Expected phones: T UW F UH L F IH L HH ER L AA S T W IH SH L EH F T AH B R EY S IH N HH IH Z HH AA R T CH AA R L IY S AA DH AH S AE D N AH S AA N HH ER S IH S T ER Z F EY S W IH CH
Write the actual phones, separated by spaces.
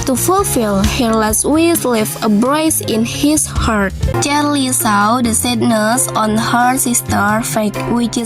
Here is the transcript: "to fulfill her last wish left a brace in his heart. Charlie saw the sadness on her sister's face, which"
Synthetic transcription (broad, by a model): T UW F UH L F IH L HH ER L AA S T W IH S L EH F AH B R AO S IH N HH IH S HH AA R T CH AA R L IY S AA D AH S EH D N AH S AA N HH ER S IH S T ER F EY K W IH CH